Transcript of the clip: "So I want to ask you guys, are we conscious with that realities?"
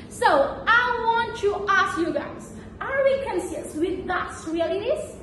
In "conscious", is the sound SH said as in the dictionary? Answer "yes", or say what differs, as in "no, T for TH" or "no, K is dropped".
no, S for SH